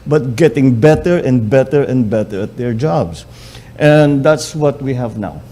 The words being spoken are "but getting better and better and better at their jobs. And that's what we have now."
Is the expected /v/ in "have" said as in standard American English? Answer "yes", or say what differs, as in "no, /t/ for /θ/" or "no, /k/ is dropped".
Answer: yes